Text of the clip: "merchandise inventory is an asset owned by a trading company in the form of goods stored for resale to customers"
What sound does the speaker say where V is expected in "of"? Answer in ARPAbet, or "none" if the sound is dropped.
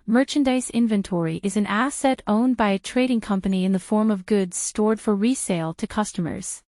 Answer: V